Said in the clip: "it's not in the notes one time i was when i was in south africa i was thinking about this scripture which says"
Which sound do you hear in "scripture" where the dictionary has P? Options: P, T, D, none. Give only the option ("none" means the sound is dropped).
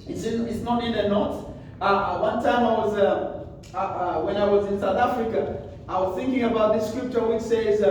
P